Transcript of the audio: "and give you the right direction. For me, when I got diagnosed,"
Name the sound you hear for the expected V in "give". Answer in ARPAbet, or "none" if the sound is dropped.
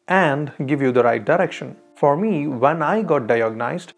V